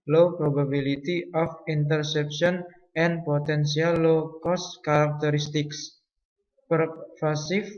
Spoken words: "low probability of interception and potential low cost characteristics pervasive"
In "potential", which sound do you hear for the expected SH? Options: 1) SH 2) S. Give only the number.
2